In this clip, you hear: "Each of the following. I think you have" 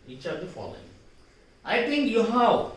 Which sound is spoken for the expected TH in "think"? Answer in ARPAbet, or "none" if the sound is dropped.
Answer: T